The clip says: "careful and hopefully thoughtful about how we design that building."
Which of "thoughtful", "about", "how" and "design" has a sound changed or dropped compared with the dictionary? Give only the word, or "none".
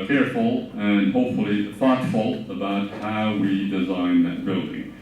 thoughtful